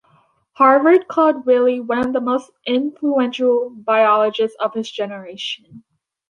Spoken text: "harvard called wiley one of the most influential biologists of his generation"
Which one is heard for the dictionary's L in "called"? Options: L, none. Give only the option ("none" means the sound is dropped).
none